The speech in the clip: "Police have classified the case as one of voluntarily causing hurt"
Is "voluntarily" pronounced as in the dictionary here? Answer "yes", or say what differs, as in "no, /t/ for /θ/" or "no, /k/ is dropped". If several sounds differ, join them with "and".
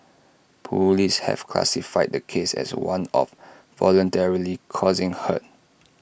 yes